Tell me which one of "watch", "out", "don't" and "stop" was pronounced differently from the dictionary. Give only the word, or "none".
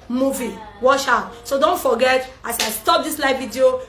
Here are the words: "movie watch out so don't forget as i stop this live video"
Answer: watch